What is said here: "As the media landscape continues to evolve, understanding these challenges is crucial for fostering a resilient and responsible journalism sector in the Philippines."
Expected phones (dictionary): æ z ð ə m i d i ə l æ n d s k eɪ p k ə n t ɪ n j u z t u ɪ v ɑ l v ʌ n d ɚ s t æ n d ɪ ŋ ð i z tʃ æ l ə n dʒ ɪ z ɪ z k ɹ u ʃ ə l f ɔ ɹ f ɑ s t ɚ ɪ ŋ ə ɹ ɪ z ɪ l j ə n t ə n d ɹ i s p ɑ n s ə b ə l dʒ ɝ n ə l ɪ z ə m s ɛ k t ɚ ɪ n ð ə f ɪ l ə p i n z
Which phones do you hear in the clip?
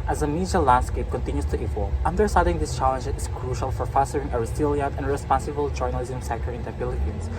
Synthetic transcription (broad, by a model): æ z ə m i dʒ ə l æ n d s k eɪ p k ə n t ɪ n j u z t u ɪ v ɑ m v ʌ n d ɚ s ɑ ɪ d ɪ ŋ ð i s tʃ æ l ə n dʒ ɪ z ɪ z k ɹ u ʃ ə l f ɔ ɹ f ɑ s t ɚ ɪ ŋ ə ɹ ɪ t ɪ l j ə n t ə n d ɹ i s p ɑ n s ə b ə l dʒ ɝ n ə l ɪ z ə m s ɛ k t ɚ ɪ n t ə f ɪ l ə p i n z